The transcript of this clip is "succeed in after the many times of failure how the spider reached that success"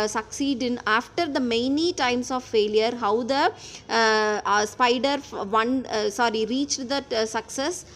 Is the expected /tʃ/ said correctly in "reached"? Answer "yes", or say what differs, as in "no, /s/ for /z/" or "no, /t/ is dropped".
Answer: yes